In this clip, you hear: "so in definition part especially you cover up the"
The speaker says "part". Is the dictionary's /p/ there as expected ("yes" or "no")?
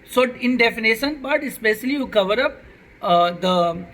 no